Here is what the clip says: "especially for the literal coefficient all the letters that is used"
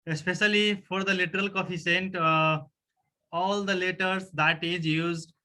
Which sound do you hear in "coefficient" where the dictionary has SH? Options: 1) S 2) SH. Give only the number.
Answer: 1